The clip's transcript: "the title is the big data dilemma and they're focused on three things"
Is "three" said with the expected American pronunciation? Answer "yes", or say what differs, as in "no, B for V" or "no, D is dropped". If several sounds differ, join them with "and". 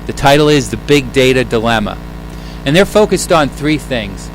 yes